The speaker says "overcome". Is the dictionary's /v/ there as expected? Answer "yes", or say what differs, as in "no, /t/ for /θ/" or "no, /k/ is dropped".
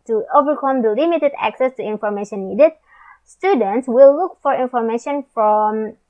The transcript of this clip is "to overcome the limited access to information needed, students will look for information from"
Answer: yes